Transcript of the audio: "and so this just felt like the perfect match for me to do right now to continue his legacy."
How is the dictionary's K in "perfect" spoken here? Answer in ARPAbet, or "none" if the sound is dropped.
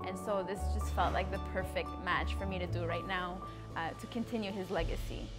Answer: K